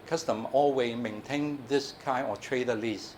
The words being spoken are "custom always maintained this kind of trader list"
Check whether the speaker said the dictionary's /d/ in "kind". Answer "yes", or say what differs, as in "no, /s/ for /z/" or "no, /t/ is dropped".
no, /d/ is dropped